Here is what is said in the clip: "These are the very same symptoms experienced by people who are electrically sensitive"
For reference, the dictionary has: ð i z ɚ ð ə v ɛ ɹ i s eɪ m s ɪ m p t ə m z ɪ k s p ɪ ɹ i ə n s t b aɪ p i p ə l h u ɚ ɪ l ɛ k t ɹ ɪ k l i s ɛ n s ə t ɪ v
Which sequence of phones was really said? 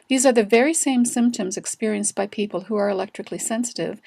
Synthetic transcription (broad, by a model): ð i z ɚ ð ə v ɛ ɹ i s eɪ m s ɪ m p t ə m z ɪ k s p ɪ ɹ i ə n s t b aɪ p i p ə l h u ɚ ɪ l ɛ k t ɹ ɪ k l i s ɛ n s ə t ɪ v